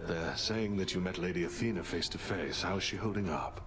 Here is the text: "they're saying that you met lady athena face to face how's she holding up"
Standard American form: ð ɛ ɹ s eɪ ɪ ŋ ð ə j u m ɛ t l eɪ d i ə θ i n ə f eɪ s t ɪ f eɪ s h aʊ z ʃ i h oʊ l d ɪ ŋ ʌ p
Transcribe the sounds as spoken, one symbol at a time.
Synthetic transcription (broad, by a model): ð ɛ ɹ s eɪ ɪ ŋ ð ə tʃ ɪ m ɛ t l eɪ d i ə θ i n ə f eɪ s t ɪ f eɪ s h aʊ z ʃ i h oʊ l d ɪ ŋ ʌ p